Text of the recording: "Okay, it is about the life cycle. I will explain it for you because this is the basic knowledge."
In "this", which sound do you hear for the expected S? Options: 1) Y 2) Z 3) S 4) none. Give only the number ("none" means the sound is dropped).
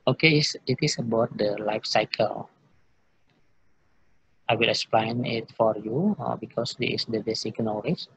4